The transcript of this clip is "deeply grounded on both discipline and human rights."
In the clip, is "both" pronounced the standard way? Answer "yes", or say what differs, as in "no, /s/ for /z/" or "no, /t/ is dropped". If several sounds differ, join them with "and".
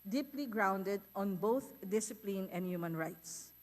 no, /t/ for /θ/